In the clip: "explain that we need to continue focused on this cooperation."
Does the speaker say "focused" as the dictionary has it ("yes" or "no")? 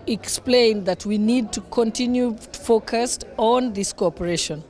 yes